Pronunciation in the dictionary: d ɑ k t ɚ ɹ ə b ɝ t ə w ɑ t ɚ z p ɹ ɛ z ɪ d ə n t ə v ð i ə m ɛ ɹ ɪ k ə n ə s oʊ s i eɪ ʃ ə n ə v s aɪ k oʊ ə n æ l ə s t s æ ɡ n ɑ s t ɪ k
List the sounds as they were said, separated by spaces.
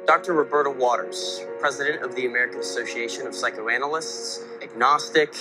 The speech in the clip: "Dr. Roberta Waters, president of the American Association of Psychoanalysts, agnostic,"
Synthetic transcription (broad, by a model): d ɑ k t ɚ ɹ ə b ɝ t ə w ɑ t ɚ z p ɹ ɛ z ɪ d ə n t ə v ð i ə m ɛ ɹ ɪ k ə n ə s oʊ s i eɪ ʃ ə n ə v s aɪ k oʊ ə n l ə s t s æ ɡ n ɑ s t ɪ k